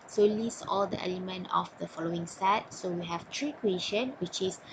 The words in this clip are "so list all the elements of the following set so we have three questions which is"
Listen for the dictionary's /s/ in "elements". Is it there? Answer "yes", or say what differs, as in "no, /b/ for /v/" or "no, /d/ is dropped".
no, /s/ is dropped